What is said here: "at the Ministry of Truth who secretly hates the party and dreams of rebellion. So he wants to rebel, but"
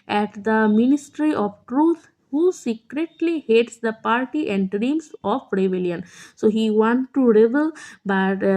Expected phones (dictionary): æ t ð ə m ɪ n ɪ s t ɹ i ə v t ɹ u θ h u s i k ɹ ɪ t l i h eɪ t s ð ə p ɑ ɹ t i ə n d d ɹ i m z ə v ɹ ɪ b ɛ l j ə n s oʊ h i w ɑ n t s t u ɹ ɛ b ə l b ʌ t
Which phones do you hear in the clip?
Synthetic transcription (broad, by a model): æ t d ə m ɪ n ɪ s t ɹ i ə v t ɹ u t h u s i k ɹ ɪ t l i h eɪ t s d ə p ɑ ɹ t i ə n d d ɹ i m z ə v ɹ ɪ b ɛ l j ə n s oʊ h i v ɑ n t t u ɹ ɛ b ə l b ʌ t